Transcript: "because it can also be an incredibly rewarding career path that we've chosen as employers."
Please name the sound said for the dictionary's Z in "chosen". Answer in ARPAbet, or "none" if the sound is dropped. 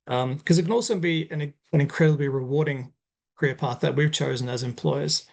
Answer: Z